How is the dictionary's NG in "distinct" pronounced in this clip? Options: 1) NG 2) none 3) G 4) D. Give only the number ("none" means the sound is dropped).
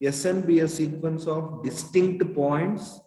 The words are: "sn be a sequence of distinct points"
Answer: 1